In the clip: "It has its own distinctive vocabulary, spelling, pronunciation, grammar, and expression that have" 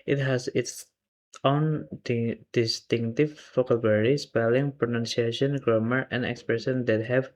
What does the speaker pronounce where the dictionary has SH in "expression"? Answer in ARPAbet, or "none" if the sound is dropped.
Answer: S